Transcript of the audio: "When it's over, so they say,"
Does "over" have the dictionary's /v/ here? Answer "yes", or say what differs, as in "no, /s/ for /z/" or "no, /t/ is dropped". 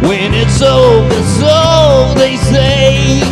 no, /v/ is dropped